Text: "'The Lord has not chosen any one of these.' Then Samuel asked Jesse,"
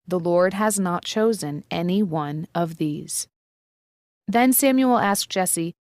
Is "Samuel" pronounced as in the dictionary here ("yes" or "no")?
yes